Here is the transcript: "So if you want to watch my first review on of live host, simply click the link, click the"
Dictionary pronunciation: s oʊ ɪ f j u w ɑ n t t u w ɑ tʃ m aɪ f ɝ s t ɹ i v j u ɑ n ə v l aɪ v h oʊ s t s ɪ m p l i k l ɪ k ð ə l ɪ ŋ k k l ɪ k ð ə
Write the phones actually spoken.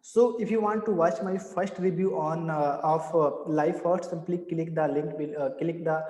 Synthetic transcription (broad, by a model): s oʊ ɪ f j u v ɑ n t t u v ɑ tʃ m aɪ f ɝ s t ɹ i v j u ɑ n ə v l aɪ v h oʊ t s ɪ m p l i k l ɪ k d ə l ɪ ŋ k k l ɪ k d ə